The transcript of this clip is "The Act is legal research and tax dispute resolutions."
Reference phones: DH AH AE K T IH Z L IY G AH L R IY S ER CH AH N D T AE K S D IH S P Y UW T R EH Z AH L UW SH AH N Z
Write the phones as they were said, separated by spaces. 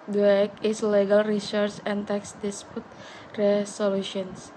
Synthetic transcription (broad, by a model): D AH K IH S L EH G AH L R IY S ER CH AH N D T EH K S D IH S P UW T R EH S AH L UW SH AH N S